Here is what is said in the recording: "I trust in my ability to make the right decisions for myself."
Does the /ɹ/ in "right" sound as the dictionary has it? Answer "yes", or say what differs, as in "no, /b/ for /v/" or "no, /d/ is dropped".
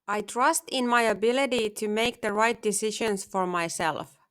yes